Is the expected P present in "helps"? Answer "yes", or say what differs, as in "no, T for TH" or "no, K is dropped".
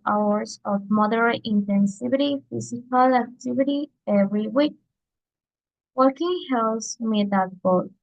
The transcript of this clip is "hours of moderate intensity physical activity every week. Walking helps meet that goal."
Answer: no, P is dropped